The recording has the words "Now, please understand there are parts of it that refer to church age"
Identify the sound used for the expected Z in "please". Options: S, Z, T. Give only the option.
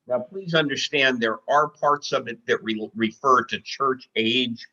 Z